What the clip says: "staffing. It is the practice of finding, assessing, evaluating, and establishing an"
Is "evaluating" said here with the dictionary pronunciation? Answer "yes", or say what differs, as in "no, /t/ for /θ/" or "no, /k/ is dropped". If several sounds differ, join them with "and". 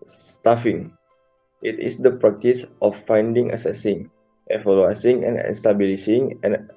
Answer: no, /s/ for /t/